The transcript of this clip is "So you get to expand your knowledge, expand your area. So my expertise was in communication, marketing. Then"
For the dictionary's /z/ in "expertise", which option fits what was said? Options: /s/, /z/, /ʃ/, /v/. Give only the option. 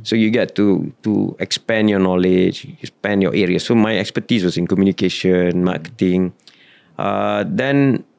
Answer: /s/